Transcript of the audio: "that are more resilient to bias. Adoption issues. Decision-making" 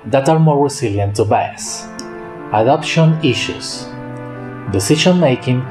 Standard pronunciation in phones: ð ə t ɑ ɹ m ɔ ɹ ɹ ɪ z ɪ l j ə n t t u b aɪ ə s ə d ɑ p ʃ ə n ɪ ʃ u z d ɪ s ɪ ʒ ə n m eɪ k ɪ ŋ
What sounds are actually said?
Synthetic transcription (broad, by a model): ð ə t ɑ ɹ m ɔ ɹ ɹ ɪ s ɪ l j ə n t t u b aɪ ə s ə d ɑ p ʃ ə n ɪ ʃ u s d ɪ s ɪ ʃ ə n m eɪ k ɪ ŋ